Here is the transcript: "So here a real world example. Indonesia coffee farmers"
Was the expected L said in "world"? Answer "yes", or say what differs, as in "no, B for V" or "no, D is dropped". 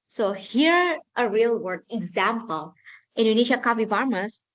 no, L is dropped